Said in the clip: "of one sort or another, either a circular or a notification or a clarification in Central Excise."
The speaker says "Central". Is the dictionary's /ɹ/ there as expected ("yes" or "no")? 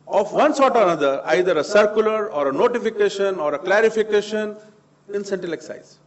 no